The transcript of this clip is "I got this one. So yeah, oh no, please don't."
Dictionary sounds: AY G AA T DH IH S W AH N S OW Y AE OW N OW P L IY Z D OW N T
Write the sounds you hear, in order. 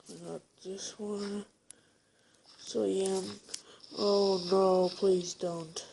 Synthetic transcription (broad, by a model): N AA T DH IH S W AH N S OW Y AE OW N OW P L IY Z D OW N T